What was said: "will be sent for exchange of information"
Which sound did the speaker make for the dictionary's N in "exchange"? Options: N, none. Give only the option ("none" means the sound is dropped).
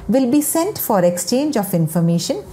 N